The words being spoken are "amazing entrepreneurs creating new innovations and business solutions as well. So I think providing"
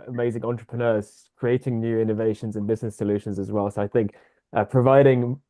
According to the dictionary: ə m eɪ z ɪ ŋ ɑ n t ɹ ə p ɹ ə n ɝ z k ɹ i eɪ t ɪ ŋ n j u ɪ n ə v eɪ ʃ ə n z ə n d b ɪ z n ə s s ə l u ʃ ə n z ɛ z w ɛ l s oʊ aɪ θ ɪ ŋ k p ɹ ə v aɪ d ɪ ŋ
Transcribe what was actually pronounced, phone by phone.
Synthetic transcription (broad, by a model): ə m eɪ z ɪ ŋ ɑ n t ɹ ə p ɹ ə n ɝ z k ɹ i eɪ t ɪ ŋ n j u ɪ n ə v eɪ ʃ ə n z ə n b ɪ z n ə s s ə l u ʃ ə n z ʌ z w ɛ l s oʊ aɪ θ ɪ ŋ k p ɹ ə v aɪ d ɪ ŋ